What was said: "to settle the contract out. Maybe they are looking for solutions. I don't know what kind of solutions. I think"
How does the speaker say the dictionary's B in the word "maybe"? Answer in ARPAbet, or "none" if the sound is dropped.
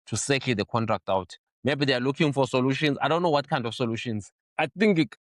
B